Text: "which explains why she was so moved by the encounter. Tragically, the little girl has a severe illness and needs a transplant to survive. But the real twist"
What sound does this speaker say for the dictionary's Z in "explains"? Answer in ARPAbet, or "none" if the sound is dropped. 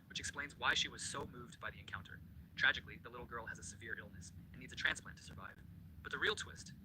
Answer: Z